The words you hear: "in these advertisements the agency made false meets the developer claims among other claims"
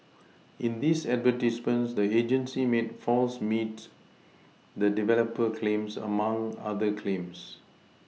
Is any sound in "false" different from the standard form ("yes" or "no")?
no